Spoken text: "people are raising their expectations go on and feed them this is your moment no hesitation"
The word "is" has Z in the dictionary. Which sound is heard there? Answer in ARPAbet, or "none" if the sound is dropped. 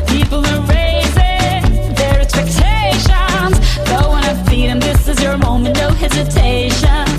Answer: Z